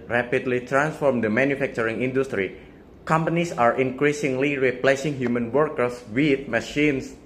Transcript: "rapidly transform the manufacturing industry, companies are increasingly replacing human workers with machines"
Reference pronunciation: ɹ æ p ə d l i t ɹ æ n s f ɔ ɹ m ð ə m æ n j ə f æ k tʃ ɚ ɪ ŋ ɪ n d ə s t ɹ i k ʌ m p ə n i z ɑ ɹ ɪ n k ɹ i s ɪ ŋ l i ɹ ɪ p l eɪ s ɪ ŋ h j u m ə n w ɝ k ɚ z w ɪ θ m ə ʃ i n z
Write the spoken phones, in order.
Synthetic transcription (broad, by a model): ɹ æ p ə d l i t ɹ æ n s f ɔ ɹ m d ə m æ n j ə f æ k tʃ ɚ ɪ ŋ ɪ n d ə s t ɹ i k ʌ m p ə n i s ɑ ɹ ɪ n k ɹ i s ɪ ŋ l i ɹ ɪ p l eɪ s ɪ ŋ h j u m ə n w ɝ k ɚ s w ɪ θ m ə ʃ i n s